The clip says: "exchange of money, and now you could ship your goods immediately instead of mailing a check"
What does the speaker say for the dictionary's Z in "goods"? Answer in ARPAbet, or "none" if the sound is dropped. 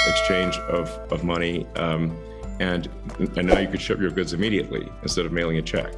Z